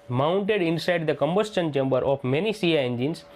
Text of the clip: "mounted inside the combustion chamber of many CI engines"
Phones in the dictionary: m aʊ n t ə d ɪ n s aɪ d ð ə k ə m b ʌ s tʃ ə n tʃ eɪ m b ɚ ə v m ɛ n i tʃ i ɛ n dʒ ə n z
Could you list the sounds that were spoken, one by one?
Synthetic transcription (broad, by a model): m aʊ n t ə d ɪ n s aɪ d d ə k ə m b ʌ s tʃ ə n tʃ eɪ m b ɚ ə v m ɛ n i s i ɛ n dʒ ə n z